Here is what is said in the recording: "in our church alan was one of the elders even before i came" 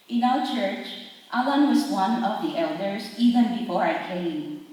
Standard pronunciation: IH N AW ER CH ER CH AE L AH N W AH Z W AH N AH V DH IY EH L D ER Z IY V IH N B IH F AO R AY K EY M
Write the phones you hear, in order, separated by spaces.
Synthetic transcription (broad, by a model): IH N AW ER CH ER CH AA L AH N W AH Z W AH N AH V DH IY EH L D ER S IY V IH N B IH F AO R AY K EY M